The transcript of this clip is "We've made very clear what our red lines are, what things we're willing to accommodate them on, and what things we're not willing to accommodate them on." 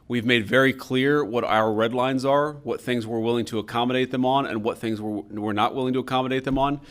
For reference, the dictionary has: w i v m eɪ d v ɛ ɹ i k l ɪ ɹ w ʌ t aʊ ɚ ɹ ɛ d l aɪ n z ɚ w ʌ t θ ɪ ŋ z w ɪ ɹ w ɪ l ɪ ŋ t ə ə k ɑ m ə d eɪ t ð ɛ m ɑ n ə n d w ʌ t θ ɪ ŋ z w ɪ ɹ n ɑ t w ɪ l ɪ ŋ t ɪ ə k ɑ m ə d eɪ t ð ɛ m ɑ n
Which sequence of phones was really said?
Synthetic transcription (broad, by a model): w i v m eɪ d v ɛ ɹ i k l ɪ ɹ w ʌ t aʊ ɚ ɹ ɛ d l aɪ n z ɚ w ʌ t θ ɪ ŋ z w ɪ ɹ w ɪ l ɪ ŋ t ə ə k ɑ m ə d eɪ t ð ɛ m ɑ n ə n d w ʌ t θ ɪ ŋ z w ɪ ɹ n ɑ t w ɪ l ɪ ŋ t ɪ ə k ɑ m ə d eɪ t ð ɛ m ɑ n